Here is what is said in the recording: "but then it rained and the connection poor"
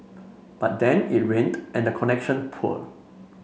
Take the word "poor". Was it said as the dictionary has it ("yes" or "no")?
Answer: no